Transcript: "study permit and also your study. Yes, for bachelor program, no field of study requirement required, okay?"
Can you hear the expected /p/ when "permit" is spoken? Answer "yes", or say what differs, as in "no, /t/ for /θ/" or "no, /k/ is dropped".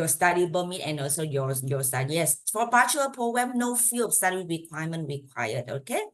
no, /b/ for /p/